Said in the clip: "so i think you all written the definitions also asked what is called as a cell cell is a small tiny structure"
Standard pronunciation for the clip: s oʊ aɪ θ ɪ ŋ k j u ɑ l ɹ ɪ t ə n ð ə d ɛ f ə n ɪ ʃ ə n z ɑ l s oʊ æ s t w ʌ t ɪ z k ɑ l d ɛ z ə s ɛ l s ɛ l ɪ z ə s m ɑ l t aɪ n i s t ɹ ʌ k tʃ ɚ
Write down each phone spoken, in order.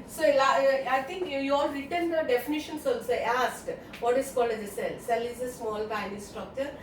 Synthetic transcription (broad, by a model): s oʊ aɪ t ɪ ŋ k j u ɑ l ɹ ɪ t ə n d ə d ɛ f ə n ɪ ʃ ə n s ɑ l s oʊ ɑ s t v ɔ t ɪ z k ɑ l d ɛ ə s ɛ l s ɛ l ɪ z ə s m ɑ l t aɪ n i s t ɹ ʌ k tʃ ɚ